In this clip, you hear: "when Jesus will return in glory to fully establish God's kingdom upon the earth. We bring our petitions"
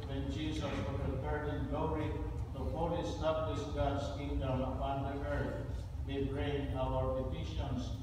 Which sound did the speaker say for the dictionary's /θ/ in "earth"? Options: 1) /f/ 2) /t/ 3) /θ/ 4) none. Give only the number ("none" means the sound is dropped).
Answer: 2